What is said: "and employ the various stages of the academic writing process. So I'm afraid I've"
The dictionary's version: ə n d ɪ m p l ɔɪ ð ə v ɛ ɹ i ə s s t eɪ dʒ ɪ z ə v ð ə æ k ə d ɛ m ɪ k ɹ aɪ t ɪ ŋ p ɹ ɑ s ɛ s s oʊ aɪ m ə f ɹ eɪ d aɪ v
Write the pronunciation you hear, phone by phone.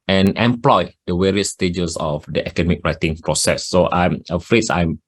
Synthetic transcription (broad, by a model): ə n ɪ m p l ɔɪ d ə w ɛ ɹ i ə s s t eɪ dʒ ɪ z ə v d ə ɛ k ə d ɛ m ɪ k ɹ aɪ t ɪ ŋ p ɹ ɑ s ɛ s s oʊ aɪ m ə f ɹ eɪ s aɪ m